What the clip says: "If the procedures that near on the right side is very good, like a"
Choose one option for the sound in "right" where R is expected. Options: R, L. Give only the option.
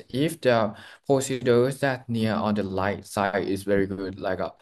L